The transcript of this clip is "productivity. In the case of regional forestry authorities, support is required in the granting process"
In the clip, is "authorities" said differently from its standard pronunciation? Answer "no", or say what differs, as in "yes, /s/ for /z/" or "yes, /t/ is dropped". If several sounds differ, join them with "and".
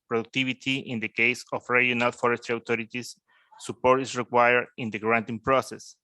yes, /t/ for /θ/